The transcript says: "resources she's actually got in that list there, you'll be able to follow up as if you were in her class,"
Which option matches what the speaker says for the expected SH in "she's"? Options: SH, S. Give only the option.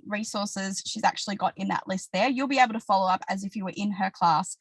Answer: SH